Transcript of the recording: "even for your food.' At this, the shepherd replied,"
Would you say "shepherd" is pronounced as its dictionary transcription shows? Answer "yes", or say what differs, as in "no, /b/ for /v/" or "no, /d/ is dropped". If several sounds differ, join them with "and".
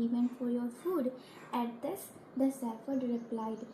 no, /s/ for /ʃ/ and /f/ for /p/